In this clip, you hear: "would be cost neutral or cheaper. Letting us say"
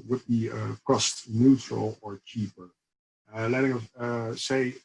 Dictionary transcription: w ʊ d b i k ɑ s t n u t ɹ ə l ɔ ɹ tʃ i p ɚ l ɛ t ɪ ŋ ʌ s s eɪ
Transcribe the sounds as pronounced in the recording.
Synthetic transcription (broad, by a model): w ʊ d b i k ɑ s t n u t ɹ ə l ɔ ɹ tʃ i p ɚ l ɛ t ɪ ŋ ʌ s s eɪ